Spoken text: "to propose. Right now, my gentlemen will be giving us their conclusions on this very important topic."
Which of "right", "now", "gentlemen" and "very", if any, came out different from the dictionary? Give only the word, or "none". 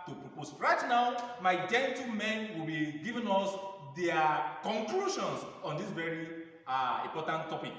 gentlemen